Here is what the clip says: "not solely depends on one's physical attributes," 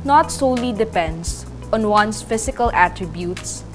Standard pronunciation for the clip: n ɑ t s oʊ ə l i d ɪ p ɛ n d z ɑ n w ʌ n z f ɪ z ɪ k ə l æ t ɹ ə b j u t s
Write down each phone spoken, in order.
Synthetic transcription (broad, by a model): n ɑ t s oʊ l i d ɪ p ɛ n d s ɑ n w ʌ n s f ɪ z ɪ k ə l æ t ɹ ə b j u t s